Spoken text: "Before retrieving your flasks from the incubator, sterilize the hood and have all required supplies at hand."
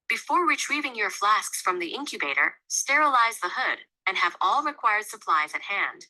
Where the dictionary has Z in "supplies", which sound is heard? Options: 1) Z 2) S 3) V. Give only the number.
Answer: 1